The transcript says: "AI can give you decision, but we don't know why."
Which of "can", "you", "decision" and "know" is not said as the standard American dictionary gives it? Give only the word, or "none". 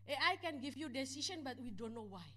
decision